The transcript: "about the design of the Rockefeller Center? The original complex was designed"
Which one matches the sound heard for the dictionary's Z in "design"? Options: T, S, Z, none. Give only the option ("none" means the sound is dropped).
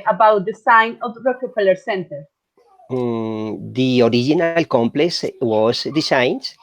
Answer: S